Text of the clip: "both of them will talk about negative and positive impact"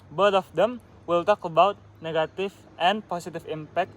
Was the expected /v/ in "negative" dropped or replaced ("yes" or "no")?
yes